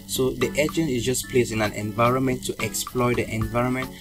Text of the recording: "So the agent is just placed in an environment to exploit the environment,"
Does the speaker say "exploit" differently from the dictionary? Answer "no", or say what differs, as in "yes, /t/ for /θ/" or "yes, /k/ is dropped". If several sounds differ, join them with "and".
no